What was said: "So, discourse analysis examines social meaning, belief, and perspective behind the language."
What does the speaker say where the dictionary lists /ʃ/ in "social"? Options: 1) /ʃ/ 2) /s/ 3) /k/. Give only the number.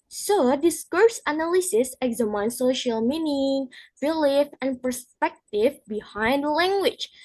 1